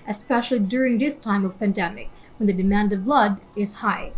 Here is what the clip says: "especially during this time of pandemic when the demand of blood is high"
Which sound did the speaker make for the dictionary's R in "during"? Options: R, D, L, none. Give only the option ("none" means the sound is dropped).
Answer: R